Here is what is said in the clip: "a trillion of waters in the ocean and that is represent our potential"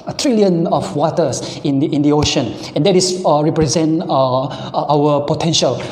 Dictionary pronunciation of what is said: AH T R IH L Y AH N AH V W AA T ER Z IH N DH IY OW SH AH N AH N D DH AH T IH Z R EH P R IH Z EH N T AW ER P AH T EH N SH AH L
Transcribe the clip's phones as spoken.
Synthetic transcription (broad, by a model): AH T R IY L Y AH N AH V W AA T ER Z IH N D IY OW SH AH N AH N D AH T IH S R EH P R IH Z EH N T AW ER P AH T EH N SH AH L